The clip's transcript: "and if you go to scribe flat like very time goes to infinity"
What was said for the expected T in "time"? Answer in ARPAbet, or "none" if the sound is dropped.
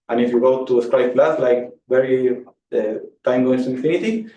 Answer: T